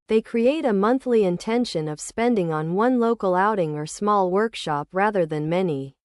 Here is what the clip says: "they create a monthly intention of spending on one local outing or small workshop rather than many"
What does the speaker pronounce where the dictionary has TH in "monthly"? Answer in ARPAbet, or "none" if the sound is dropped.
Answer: TH